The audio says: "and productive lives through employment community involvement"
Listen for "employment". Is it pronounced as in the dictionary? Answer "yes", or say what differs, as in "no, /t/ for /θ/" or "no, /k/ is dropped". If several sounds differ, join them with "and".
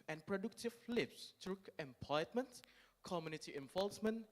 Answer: no, /l/ is dropped